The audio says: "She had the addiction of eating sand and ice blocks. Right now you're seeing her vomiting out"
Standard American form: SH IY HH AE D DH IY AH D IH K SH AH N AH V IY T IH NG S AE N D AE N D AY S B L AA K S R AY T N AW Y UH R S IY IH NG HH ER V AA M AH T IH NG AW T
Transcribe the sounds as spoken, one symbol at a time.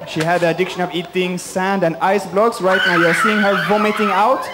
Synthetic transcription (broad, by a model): SH IY HH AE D DH IY AH D IH K SH AH N AH V IY T IH NG S AE N D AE N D AY S B L AA K S R AY T N AW Y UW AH S IY IH NG HH ER V AA M AH T IH NG AW T